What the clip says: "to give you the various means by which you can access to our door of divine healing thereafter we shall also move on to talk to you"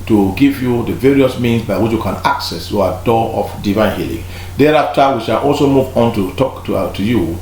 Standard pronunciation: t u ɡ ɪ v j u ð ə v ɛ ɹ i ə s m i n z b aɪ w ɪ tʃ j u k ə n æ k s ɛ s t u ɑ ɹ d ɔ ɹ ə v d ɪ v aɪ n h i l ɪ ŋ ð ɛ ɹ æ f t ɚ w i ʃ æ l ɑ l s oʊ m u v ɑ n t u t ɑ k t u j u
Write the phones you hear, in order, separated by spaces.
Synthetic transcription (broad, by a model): t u ɡ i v j u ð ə v ɛ ɹ i ə s m i n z b aɪ w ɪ tʃ j u k ə n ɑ k s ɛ s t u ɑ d ɔ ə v d ɪ v aɪ n h i l ɪ ŋ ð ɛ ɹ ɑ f t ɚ w i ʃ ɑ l ɑ l s oʊ m u v ɑ n t u t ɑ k t u j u